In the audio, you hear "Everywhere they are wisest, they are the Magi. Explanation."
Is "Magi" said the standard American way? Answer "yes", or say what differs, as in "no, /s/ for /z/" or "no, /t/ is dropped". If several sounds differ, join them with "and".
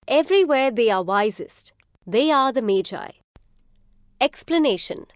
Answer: yes